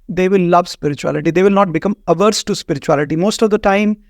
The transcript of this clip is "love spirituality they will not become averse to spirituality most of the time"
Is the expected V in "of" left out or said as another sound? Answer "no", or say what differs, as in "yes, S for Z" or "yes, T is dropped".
no